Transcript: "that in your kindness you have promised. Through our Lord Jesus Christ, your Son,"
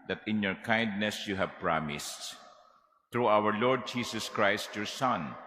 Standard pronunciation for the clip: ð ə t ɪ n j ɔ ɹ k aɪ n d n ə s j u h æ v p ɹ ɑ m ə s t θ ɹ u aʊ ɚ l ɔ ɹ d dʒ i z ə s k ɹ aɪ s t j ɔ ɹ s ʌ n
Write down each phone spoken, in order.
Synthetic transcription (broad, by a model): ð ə t ɪ n j ɔ ɹ k aɪ n d n ə s j u h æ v p ɹ ɑ m ə s t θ ɹ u aʊ ɚ l ɔ ɹ d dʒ i s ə s k ɹ aɪ s t j ɔ ɹ s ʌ n